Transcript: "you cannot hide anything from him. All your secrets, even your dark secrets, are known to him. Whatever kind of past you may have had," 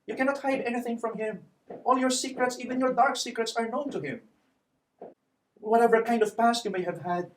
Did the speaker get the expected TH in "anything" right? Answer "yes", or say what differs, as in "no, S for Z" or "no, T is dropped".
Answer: yes